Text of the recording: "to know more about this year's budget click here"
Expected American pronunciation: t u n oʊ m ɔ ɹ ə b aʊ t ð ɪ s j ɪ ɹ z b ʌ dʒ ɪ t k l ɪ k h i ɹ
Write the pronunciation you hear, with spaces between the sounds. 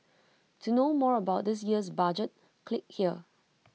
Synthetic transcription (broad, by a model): t u n oʊ m ɔ ɹ ə b aʊ t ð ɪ s j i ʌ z b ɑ dʒ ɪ t k l ɪ k h i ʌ